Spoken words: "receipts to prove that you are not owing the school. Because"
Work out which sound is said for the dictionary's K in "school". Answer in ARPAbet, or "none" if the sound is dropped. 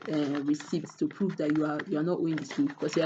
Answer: none